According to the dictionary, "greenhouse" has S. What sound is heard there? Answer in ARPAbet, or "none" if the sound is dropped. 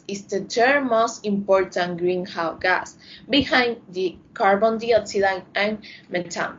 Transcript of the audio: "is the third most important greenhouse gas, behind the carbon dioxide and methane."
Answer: none